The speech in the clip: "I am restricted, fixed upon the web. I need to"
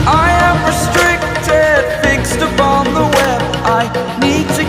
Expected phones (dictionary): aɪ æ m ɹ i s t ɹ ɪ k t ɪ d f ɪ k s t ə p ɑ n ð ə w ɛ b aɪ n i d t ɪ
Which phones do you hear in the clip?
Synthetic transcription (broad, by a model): aɪ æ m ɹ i s t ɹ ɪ k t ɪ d f ɪ k s t ə p ɑ n ð ə w ɛ b aɪ n i d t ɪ